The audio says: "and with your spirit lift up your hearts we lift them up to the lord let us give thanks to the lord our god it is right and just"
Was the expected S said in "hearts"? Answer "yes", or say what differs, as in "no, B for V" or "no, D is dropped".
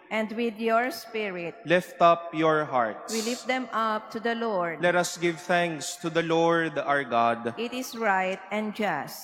no, S is dropped